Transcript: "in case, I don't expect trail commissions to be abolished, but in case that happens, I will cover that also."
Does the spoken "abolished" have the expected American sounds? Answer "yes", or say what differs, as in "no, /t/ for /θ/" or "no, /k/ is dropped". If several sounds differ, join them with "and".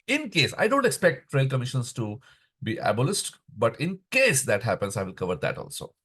no, /s/ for /ʃ/